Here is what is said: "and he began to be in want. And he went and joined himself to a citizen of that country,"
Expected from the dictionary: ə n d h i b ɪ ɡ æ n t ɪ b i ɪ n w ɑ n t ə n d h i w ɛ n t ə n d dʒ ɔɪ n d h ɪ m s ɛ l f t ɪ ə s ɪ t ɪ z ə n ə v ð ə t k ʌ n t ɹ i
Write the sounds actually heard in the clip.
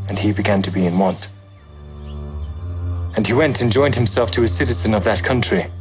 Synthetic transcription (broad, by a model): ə n i b ɪ ɡ æ n t ɪ b i ɪ n w ɑ n t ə n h i w ɛ n t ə n dʒ ɔɪ n d h ɪ m s ɛ l f t ɪ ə s ɪ t ɪ z ə n ə v ð ə t k ʌ n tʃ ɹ i